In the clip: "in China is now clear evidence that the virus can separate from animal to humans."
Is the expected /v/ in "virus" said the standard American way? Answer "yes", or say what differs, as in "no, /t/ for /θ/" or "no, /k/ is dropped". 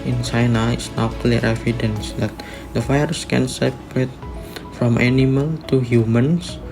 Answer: no, /f/ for /v/